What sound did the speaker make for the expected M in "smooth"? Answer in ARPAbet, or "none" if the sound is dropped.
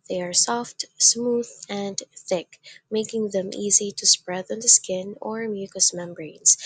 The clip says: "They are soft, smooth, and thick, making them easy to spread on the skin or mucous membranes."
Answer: M